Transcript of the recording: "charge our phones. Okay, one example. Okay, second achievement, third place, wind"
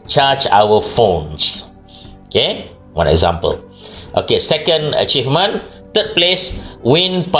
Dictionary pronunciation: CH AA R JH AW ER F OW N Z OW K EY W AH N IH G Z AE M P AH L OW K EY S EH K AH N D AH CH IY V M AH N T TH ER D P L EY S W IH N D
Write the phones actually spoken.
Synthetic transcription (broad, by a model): CH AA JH AW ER F OW N S OW K EY W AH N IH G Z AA M P AH L OW K EY S EH K AH N D AH CH IY V M AH N T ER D P L EY S W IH N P